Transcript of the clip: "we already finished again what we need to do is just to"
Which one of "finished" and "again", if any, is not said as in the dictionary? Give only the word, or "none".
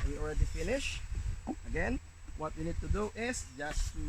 finished